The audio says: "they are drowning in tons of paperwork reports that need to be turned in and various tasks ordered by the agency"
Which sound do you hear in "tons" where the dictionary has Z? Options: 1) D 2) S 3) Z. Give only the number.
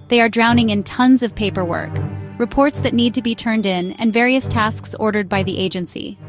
3